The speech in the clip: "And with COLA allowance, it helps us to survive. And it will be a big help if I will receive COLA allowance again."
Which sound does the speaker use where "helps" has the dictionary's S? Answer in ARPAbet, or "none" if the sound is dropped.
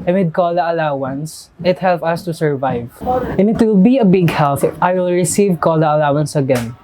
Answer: none